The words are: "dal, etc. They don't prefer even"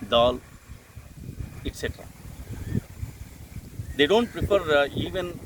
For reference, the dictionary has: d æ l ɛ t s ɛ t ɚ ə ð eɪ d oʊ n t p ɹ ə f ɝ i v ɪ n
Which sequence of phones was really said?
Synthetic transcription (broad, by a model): d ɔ l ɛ t s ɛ t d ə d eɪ d oʊ n t p ɹ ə p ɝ i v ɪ n